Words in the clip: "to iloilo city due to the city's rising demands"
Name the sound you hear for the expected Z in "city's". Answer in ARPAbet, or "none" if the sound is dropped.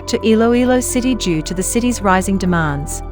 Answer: Z